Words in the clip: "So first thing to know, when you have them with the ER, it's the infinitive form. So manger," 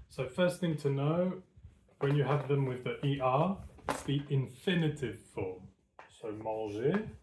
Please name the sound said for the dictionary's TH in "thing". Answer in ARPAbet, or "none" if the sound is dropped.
TH